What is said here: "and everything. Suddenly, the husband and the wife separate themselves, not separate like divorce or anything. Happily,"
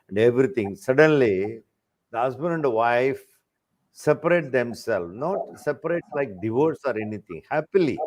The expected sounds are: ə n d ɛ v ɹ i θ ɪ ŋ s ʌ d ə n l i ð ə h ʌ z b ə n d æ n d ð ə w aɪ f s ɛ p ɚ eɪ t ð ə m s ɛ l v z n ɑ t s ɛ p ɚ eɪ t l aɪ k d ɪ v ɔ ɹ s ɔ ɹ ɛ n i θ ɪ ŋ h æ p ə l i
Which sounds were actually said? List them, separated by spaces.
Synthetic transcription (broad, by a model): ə n d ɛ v ɹ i t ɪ ŋ s ʌ d ə n l i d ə h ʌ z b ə n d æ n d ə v aɪ f s ɛ p ɚ eɪ t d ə m s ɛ l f n ɑ t s ɛ p ɚ eɪ t l aɪ k d ɪ v ɔ ɹ s ɔ ɹ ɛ n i t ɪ ŋ h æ p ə l i